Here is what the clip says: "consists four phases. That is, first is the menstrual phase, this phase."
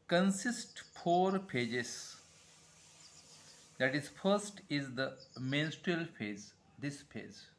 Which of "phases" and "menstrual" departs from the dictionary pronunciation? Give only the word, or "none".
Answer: phases